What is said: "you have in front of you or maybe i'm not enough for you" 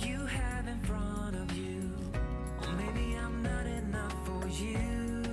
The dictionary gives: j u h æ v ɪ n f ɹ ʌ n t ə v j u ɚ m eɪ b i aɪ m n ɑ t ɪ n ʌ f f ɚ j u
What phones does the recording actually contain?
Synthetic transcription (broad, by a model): j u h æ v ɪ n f ɹ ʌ n ə v j u m eɪ b i aɪ m n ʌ t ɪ n ʌ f f ɚ j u